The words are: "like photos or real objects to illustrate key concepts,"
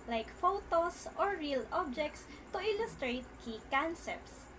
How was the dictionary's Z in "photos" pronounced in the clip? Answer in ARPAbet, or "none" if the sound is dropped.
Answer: S